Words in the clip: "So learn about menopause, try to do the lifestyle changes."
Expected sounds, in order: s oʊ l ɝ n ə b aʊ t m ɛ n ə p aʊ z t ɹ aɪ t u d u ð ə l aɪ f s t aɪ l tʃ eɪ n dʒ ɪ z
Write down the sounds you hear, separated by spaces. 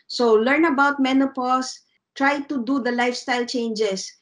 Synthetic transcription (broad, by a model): s oʊ l ɝ n ə b aʊ t m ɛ n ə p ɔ s t ɹ aɪ t u d u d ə l aɪ f s t aɪ l tʃ eɪ n dʒ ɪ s